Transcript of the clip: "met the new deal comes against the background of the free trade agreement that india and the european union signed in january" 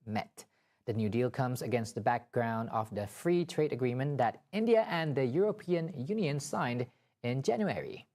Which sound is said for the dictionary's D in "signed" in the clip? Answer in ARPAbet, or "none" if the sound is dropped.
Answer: D